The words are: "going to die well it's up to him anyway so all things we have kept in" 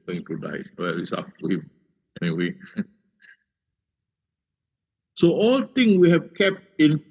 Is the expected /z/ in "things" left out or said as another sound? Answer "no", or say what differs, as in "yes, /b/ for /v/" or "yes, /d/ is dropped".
yes, /z/ is dropped